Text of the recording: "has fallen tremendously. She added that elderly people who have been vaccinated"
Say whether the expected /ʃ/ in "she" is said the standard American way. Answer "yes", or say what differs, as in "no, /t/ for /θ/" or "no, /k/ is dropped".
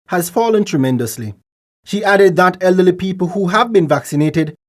yes